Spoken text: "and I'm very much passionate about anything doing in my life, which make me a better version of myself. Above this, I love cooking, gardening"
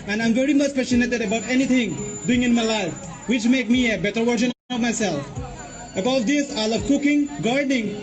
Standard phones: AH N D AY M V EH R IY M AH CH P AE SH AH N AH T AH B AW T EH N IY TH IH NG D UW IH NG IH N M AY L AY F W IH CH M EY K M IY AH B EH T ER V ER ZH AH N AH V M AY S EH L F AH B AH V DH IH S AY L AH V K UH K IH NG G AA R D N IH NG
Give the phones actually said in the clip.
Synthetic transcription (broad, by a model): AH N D AY M V EH R IY M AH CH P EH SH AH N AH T AH B AW T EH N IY T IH NG D UW IH NG IH N M AY L AY F W IH CH M EY K M IY AH B EH T ER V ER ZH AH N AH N M AY S EH L F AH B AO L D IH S AY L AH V K UH K IH NG G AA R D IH NG